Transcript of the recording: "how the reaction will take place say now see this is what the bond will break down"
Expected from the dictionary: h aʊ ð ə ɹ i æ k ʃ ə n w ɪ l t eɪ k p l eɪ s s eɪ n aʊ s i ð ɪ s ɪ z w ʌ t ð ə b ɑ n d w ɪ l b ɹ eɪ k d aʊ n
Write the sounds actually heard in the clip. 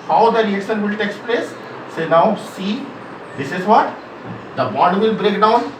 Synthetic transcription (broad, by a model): h aʊ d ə ɹ i æ k ʃ ə n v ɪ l t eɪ k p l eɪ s s eɪ n aʊ s i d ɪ s ɪ z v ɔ t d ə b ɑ d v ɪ l b ɹ eɪ k d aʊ n